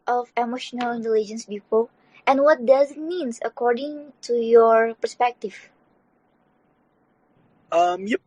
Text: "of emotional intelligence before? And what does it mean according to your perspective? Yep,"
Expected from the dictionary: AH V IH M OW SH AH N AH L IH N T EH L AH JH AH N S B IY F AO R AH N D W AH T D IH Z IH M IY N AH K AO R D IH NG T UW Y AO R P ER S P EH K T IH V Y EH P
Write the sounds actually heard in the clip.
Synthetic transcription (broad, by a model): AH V IH M OW SH AH N AH L IH N T EH L AH JH AH N S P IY P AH L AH N W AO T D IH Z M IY N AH K AO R D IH NG T UW Y AO R P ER S P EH K T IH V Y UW